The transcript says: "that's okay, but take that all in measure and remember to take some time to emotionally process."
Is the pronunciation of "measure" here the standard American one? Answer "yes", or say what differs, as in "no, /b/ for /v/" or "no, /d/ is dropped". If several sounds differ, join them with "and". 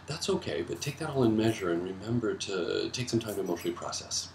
yes